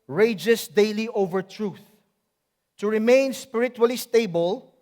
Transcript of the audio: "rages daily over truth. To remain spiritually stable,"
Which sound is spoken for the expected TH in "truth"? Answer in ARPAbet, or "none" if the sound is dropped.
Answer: TH